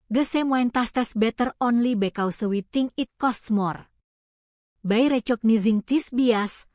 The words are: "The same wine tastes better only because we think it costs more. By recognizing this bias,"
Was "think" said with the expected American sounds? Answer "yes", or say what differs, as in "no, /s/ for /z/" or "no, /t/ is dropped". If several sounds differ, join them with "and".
no, /t/ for /θ/ and /k/ is dropped